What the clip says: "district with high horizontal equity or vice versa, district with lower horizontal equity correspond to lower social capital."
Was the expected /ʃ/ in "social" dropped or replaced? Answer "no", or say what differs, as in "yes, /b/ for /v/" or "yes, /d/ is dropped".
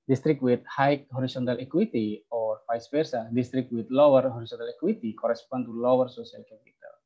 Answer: yes, /s/ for /ʃ/